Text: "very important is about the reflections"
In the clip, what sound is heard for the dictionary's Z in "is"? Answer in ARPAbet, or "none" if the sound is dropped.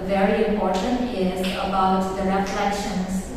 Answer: Z